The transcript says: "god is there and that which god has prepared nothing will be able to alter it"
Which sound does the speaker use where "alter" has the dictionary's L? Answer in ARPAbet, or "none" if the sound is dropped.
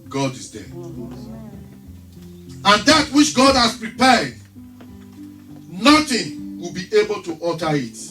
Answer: none